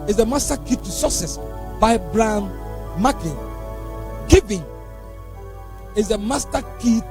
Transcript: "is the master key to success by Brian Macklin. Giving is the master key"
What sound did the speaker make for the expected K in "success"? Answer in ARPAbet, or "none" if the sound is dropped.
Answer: none